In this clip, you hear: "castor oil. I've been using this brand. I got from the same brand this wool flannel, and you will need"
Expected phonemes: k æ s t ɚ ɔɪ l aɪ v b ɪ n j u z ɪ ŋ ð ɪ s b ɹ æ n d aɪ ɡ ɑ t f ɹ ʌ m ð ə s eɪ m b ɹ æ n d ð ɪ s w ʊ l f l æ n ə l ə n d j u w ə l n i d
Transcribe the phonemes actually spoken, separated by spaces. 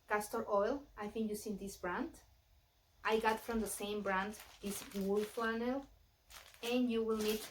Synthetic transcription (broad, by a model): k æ s t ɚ ɔɪ l aɪ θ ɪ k j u s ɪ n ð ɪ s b ɹ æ n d aɪ ɡ ɑ t f ɹ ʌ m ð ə s eɪ m b ɹ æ n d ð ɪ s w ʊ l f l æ n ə l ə n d j u w ə l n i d